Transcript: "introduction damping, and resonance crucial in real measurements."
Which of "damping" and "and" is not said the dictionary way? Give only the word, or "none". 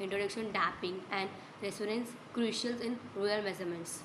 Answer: damping